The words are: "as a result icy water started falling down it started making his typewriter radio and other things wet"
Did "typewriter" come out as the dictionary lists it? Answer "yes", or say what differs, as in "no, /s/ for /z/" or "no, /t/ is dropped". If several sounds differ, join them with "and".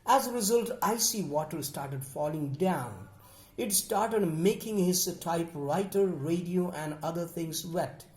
yes